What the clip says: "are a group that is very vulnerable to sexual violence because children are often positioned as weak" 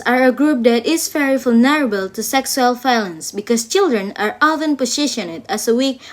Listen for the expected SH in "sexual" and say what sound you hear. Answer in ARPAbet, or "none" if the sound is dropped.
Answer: S